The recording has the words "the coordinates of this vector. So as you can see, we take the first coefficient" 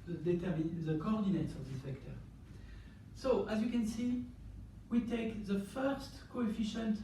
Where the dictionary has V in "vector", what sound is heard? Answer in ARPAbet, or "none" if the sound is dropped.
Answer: F